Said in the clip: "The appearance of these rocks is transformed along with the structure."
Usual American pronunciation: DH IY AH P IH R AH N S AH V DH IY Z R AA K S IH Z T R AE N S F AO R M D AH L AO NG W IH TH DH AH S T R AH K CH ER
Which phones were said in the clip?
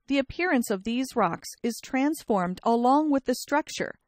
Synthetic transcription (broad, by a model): DH IY AH P IH R AH N S AH V DH IY Z R AA K S IH Z T R AE N S F AO R M D AH L AO NG W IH DH AH S T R AH K CH ER